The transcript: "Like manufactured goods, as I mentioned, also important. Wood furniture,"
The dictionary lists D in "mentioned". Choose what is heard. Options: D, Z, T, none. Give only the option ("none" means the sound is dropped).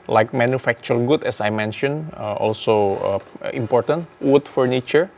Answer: none